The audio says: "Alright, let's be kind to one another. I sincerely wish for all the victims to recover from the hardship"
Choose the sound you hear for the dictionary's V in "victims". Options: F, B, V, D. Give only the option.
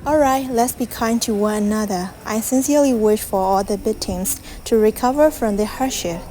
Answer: B